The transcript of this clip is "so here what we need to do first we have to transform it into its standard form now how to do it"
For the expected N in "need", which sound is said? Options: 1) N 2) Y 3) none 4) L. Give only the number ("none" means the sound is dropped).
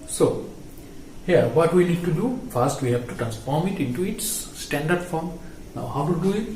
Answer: 4